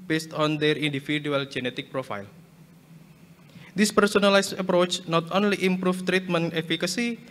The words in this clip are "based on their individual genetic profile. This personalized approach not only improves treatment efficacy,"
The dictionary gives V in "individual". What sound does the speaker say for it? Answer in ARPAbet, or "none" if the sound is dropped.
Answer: F